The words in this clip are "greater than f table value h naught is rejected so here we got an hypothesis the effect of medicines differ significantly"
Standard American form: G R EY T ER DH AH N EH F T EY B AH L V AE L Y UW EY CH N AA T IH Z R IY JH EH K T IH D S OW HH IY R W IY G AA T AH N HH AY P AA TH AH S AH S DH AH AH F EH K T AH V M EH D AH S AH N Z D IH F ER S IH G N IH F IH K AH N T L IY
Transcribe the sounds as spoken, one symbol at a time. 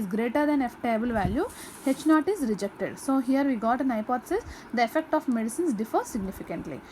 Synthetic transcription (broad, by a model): G R EY T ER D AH N EH F T EY B AH L V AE L Y UW EY CH N AA T IH Z R IY JH EH K T IH D S OW HH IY R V IY G AA T AH N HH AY P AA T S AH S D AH AH F EH K T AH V M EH D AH S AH N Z D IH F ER S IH G N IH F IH K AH N T L IY